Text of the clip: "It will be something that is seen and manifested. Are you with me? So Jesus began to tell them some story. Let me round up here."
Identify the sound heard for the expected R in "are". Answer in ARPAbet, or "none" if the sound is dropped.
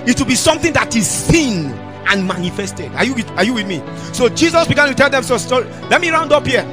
W